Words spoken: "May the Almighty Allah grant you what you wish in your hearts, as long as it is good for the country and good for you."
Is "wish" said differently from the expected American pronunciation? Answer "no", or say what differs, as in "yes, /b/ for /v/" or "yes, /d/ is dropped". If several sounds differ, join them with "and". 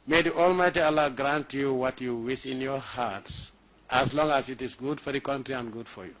yes, /s/ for /ʃ/